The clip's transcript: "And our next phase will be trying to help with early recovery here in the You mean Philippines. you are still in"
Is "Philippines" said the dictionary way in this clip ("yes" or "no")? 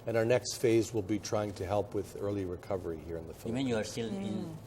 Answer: no